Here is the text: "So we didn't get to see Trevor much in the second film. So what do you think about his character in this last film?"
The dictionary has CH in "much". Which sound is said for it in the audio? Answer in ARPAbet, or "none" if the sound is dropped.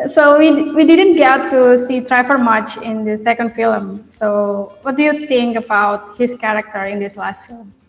CH